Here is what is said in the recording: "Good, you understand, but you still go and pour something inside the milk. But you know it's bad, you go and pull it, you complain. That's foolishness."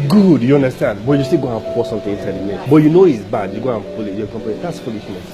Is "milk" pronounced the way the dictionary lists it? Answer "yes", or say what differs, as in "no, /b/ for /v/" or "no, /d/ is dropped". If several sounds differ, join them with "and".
no, /l/ is dropped